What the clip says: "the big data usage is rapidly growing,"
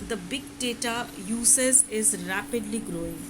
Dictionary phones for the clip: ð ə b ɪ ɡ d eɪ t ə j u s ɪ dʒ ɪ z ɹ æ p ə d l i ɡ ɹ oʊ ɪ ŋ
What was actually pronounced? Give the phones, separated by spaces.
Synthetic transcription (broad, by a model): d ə b ɪ ɡ d eɪ t ə j u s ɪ z ɪ z ɹ æ p ə d l i ɡ ɹ oʊ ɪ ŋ